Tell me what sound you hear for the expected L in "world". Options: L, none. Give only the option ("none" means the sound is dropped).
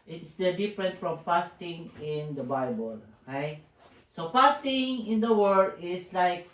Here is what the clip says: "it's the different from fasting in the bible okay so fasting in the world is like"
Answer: none